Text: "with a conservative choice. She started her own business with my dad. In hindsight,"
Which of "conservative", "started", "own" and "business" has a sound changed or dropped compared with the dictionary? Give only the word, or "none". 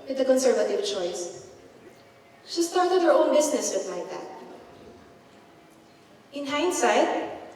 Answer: business